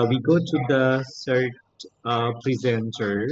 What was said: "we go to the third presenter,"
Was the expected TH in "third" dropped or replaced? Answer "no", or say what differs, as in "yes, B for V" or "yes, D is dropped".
yes, S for TH